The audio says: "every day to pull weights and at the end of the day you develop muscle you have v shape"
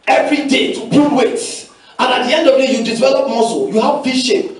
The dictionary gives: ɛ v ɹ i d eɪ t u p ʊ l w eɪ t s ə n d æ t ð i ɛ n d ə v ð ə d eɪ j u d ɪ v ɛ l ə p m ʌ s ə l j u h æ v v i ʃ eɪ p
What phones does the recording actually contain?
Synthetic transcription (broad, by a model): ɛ v ɹ i d eɪ t u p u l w eɪ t ə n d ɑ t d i ɛ n d ə v d eɪ j u d ɪ v ɛ l ə p m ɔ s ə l j u h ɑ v f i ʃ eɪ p